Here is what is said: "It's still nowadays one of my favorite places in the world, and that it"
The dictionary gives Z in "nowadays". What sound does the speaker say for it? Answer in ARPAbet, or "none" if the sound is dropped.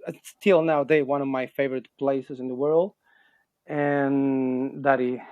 none